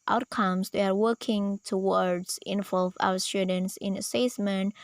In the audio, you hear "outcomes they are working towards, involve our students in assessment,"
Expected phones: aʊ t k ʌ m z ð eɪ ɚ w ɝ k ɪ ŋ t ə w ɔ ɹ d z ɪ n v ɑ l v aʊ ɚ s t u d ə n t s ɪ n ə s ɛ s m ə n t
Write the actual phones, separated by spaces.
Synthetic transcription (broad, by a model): aʊ t k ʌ m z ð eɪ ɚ w ɝ k ɪ ŋ t ə w ɔ ɹ d z ɪ n v ɑ l v aʊ ɚ s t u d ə n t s ɪ n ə s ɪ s m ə n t